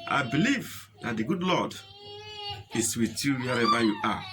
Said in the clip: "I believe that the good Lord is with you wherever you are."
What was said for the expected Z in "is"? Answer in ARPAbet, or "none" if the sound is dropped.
S